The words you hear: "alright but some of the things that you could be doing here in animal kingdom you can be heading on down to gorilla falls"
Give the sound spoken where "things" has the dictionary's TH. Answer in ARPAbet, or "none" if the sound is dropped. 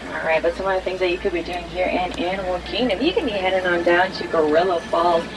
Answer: TH